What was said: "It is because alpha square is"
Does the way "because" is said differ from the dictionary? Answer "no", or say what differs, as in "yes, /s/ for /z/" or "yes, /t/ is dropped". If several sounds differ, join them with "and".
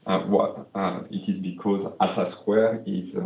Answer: no